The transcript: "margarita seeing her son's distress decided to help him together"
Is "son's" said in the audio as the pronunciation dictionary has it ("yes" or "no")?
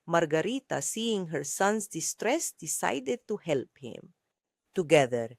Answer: no